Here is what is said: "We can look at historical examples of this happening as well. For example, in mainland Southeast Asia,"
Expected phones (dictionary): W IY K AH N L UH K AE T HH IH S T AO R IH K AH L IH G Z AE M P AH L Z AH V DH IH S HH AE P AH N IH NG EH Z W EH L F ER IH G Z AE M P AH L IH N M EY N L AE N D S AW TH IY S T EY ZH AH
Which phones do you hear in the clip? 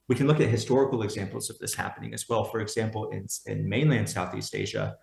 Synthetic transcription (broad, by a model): W IY K N L UH K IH T HH IH S T AO R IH K L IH G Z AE M P L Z AH V DH IH S HH AE P AH N IH NG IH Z W EH L F ER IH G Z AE M P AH N IH N M EY N L AE N D S AW TH IY S T EY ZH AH